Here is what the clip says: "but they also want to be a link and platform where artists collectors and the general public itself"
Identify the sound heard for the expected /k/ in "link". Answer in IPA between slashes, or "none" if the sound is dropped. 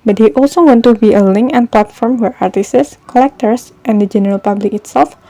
/k/